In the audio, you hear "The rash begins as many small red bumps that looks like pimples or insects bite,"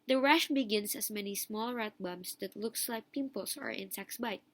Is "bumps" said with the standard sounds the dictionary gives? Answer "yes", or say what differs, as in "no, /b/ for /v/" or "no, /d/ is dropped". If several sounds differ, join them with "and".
no, /p/ is dropped